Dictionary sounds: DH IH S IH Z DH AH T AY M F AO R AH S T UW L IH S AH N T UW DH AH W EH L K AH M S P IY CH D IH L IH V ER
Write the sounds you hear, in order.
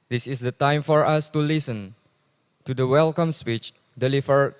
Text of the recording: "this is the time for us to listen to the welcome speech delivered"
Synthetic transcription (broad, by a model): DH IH S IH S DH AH T AY M F AO R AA S T UW L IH S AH N T UW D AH W EH L K AH M S P IY CH D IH L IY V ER